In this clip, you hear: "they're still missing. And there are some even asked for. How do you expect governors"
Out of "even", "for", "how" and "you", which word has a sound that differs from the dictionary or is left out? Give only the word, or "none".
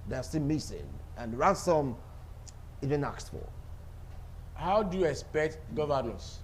for